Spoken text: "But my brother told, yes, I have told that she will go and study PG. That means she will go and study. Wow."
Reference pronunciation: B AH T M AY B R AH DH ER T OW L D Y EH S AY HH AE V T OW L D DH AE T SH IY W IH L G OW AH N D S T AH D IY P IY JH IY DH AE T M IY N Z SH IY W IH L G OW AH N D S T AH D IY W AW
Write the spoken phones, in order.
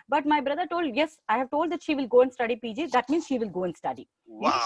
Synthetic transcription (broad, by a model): B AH T M AY B R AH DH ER T OW L D Y EH S AY HH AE V T OW L D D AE T SH IY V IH L G OW AH N D S T AH D IY P IY JH IY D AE T M IY N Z SH IY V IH L G OW AH N D S T AH D IY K